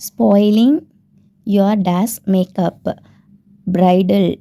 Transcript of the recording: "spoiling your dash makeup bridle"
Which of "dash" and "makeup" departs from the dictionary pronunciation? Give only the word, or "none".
dash